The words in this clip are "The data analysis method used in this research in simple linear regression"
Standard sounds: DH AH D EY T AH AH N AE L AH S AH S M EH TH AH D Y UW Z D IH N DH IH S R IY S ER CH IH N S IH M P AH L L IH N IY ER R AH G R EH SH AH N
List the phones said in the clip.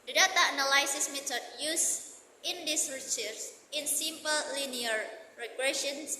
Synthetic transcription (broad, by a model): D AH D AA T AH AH N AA L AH S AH S M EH T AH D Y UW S IH N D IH S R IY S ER S IH N S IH M P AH L L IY N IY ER R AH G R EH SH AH N